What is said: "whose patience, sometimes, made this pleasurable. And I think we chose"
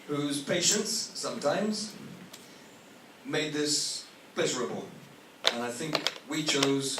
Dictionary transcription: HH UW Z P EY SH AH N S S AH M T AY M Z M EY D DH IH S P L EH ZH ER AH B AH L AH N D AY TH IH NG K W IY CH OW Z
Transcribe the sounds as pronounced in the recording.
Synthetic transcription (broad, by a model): HH UW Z P EY SH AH N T S AH M T AY M Z M EY D DH IH S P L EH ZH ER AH B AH L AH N AY TH IH NG K W IY CH OW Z